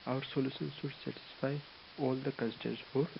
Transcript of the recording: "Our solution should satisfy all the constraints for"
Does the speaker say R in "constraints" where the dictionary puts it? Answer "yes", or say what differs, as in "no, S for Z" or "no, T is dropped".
no, R is dropped